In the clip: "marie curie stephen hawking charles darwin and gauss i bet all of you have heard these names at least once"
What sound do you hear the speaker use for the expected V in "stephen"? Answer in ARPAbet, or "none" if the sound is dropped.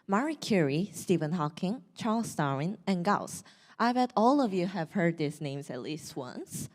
V